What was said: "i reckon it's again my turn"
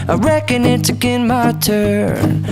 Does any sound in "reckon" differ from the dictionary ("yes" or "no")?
no